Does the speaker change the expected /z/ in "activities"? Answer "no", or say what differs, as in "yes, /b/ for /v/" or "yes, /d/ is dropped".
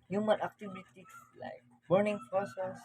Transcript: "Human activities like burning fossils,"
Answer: yes, /s/ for /z/